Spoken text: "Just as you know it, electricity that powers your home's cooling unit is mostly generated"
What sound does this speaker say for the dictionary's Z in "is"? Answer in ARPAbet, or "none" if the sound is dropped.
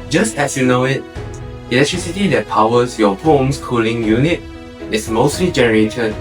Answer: S